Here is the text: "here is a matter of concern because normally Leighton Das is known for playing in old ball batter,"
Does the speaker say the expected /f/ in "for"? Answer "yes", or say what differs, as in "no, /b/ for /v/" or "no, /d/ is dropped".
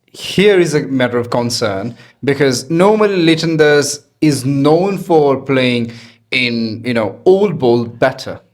yes